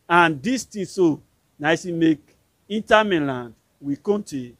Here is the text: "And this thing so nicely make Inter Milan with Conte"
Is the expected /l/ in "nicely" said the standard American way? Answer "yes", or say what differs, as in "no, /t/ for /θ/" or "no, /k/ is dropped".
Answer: no, /l/ is dropped